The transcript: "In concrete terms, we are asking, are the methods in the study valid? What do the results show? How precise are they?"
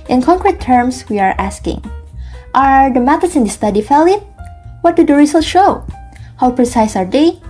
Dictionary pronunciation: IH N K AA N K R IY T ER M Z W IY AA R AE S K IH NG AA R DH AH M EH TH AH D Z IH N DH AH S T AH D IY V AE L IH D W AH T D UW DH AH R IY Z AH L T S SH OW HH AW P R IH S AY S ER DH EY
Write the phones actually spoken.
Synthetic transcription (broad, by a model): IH N K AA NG K R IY T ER M S W IY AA R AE S K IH NG AA R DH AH M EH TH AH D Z IH N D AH S T AH D IY F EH L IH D W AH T D UW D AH R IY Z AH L SH OW HH AW P R IH S AY S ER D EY